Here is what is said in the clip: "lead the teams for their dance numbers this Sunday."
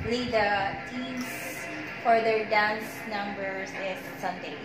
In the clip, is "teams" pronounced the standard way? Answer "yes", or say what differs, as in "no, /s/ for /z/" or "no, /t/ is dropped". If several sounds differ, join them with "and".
no, /s/ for /z/